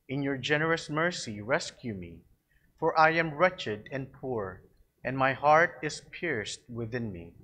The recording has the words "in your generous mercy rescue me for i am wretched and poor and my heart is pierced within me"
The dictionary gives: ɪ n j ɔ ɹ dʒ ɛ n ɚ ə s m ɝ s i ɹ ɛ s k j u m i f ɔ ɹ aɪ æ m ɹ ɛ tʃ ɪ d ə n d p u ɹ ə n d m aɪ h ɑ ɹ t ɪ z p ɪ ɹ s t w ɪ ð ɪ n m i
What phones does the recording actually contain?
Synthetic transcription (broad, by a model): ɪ n j ɔ ɹ dʒ ɛ n ɚ ə s m ɝ s i ɹ ɛ s k j u m i f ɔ ɹ aɪ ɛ m ɹ ɛ tʃ ɪ d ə n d p u ɹ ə n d m aɪ h ɑ ɹ t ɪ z p ɪ ɹ s t w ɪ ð ɪ n m i